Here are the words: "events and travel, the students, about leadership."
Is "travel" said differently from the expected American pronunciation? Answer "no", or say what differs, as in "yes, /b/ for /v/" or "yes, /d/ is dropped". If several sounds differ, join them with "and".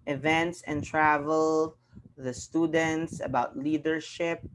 no